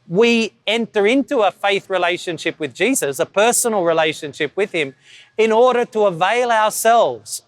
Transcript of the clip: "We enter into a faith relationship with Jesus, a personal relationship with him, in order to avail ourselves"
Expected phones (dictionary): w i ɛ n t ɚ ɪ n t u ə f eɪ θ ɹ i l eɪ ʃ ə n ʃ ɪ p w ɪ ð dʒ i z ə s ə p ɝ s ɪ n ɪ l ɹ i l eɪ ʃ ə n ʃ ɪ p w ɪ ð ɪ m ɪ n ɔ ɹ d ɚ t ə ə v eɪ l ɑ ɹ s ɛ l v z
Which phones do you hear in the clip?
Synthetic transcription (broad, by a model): w i ɛ n t ɚ ɪ n t u ə f eɪ θ ɹ i l eɪ ʃ ə n ʃ ɪ p w ɪ ð dʒ i z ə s ə p ɝ s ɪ n l ɹ i l eɪ ʃ ə n ʃ ɪ p w ɪ ð ɪ m ɪ n ɔ ɹ d ɚ t ə ə v eɪ l ɑ ɹ s ɛ l v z